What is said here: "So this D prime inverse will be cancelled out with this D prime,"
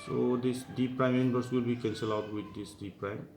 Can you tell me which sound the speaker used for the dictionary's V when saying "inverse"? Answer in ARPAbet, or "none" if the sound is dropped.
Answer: B